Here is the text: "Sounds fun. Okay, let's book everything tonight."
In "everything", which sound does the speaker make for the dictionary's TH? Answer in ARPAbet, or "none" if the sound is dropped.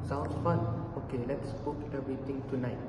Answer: T